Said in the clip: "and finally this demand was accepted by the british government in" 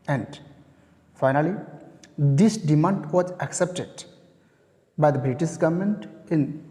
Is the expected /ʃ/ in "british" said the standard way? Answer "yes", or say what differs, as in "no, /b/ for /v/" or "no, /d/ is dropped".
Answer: no, /s/ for /ʃ/